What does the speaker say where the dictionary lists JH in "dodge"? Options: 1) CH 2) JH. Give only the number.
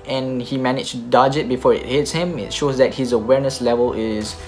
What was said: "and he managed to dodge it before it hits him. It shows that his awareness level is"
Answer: 2